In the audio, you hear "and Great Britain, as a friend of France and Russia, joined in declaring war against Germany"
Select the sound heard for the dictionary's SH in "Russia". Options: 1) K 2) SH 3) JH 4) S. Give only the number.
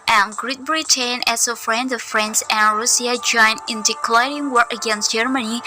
4